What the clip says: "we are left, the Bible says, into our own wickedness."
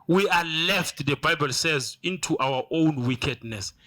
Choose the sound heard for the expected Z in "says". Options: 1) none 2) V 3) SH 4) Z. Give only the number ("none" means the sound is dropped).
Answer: 4